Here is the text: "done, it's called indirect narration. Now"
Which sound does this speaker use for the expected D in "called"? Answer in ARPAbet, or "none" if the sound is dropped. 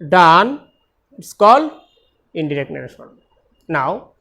none